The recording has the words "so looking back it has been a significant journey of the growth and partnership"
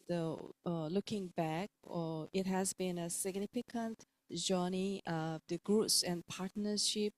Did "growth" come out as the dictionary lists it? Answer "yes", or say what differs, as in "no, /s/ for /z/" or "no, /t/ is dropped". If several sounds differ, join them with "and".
no, /s/ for /θ/